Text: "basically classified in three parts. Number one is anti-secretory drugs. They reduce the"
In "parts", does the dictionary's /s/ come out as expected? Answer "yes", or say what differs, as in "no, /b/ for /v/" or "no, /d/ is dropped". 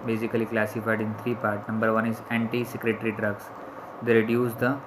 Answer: no, /s/ is dropped